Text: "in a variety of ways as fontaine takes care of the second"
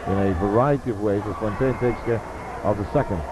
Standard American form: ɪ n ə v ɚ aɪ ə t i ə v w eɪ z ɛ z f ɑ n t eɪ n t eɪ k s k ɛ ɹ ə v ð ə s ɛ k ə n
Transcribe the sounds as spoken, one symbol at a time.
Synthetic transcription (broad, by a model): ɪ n ə v ɚ aɪ ə t i ə v w eɪ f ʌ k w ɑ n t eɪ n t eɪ s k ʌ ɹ ə v ð ə s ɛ k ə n